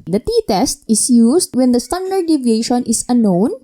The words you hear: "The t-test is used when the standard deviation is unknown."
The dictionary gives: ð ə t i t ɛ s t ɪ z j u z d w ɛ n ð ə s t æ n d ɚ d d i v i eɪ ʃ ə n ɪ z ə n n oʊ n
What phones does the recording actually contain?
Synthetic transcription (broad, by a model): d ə t i t ɛ s t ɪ s j u s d w ɛ n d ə s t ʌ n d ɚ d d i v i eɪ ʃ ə n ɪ s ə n n oʊ n